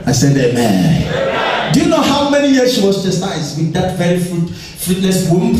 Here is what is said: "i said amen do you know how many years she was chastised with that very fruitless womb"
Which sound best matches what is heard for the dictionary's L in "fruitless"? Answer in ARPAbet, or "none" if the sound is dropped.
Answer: N